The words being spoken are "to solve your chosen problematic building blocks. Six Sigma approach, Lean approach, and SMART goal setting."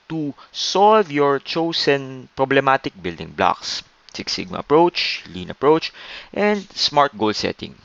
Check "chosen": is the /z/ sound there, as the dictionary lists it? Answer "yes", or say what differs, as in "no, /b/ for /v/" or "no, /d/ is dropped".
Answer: no, /s/ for /z/